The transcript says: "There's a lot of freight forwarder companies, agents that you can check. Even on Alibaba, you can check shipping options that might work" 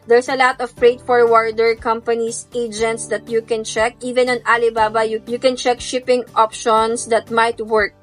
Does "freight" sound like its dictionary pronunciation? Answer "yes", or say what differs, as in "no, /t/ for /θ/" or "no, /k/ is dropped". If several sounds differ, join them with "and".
no, /p/ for /f/